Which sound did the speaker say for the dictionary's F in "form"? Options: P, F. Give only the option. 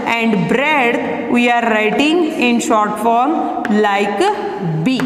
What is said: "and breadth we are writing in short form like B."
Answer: F